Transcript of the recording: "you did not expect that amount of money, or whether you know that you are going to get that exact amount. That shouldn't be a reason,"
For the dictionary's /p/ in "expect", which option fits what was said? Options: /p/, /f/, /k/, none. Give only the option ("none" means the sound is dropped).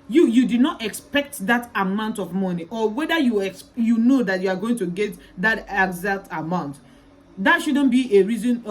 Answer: /p/